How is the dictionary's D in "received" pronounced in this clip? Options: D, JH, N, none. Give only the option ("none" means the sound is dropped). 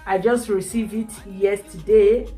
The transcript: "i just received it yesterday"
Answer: none